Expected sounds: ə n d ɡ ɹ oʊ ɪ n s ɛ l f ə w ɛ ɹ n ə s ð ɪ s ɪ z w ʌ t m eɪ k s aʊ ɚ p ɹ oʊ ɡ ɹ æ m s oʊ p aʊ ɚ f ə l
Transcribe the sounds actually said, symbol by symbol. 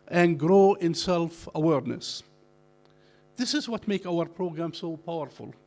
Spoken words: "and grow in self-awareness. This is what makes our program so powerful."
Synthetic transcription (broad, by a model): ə n ɡ ɹ oʊ ɪ n s ɛ l f ə w ɛ ɹ n ə s ð ɪ s ɪ z w ʌ t m eɪ k aʊ ɚ p ɹ oʊ ɡ ɹ æ m s oʊ p aʊ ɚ f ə l